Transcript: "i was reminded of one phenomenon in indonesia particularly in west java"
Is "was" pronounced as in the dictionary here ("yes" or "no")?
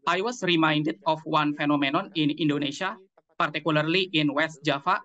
no